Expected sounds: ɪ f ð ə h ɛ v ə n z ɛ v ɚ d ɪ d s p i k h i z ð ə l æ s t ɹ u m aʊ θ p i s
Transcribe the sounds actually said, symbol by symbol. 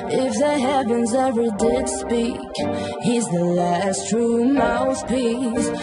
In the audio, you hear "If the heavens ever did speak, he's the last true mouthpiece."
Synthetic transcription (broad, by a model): ɪ f ð ə h ɛ v ə n z ɛ v ɚ d ɪ d s p i k h i z ð ə l æ s t ɹ u m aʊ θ p i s